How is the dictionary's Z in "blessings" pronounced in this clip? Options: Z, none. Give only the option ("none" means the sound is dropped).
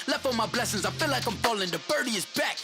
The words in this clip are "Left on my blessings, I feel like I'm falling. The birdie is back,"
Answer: Z